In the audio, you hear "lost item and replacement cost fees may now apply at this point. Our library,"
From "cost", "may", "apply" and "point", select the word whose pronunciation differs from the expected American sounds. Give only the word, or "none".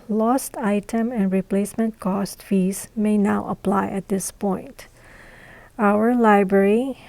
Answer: none